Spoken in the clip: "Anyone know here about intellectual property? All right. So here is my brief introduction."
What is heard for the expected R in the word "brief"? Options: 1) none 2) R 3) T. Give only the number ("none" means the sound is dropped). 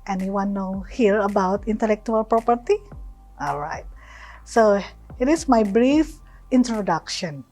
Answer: 2